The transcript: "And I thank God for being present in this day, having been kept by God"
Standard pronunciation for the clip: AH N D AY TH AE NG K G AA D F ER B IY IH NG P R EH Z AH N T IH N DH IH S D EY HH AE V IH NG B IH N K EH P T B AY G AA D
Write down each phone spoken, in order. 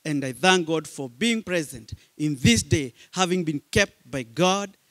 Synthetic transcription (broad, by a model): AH N D AY TH AE NG K G AA D F ER B IY IH NG P R EH Z AH N T IH N DH IH S D EY HH AE V IH NG B IH N K EH P T B AY G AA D